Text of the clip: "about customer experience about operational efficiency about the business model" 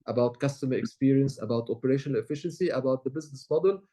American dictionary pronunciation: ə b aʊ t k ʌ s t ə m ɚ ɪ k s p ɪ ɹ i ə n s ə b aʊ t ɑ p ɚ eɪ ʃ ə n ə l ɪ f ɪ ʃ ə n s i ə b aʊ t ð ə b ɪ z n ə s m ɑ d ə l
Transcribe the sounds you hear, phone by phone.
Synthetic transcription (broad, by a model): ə b aʊ t k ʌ s t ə m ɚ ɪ k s p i ɹ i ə n s ə b aʊ t ɑ p ɚ eɪ ʃ ə n ə l ɪ f ɪ ʃ ə n s i ə b aʊ t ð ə b ɪ z n ə s m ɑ d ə l